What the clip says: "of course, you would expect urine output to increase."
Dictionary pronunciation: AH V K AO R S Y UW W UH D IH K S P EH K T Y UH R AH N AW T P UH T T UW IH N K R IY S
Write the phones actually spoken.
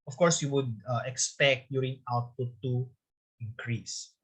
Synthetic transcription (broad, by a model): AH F K AO R S Y UW W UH D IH K S P EH K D Y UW R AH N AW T UW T T UW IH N K R IY S